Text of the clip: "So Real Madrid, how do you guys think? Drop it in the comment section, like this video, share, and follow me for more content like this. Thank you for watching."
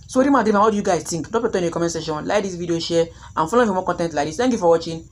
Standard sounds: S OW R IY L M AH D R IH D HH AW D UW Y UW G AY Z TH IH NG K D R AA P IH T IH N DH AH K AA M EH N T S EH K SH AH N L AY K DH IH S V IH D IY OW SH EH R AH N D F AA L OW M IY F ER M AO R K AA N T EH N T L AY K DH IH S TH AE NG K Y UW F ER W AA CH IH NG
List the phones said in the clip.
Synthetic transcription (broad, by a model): S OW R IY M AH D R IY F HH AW D UW Y UW G AY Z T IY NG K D AA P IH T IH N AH K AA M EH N S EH SH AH N L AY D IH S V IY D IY OW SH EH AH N F AA L OW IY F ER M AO K AA N T EH N T L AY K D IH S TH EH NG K Y UW F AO W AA CH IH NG